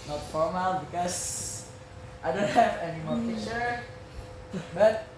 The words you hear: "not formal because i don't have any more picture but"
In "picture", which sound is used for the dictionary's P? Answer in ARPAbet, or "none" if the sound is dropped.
F